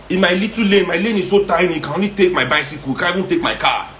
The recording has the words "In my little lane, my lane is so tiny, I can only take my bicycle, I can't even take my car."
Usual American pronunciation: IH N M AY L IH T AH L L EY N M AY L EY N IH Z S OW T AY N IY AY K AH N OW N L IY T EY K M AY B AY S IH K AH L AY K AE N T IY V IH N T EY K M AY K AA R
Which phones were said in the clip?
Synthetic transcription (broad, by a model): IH M AY L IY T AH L L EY M AY L EY N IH S OW T AY N IY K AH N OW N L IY T EY K M AY B AY S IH K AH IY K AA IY IH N T EY K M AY K AA